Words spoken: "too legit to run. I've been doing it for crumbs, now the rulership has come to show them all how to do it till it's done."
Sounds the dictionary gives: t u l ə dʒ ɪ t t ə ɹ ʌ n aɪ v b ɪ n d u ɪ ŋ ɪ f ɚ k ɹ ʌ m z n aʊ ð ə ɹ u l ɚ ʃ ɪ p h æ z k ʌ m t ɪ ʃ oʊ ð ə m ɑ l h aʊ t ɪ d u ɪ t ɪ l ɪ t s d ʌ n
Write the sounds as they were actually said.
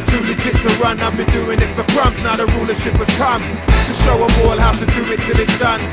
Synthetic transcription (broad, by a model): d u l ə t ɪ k t ə ɹ ʌ n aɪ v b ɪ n d u ɪ ŋ ɪ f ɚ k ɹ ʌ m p n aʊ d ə ɹ u l ɚ ʃ ɪ p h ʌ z k ʌ m t ɪ ʃ oʊ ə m ɑ l h aʊ t ɪ d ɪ ɪ t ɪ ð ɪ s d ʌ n